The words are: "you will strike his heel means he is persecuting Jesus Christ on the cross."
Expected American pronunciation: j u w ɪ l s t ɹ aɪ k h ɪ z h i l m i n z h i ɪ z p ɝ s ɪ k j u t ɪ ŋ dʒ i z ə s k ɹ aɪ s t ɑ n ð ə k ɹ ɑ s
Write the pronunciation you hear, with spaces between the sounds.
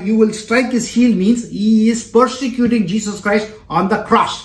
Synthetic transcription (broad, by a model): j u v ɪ l s t ɹ aɪ k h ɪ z h i l m i n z h i ɪ z p ɝ s ɪ k j u t ɪ ŋ dʒ i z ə s k ɹ aɪ s t ɑ n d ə k ɹ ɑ s